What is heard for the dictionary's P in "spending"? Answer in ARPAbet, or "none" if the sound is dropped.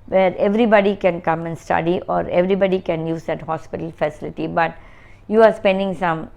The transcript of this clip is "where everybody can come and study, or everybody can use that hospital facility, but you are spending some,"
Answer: P